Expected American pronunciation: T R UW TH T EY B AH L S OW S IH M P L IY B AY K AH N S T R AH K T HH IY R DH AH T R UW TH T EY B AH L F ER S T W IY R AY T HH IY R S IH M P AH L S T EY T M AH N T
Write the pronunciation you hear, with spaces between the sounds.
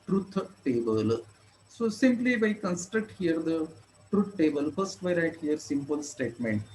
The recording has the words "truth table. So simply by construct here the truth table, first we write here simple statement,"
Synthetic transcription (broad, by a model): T R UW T T EY B AH L S OW S IH M P L IY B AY K AH N S T R AH K T HH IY R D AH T R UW T T EY B AH L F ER S T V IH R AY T HH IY R S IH M P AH L S T EY T M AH N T